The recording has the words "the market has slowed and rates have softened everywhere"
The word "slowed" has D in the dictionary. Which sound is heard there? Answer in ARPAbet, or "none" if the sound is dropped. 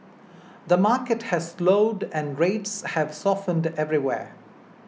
D